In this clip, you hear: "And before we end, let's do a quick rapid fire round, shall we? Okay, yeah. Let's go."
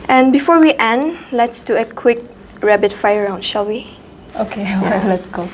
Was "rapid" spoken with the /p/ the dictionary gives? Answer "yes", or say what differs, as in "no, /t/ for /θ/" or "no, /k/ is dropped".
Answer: no, /b/ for /p/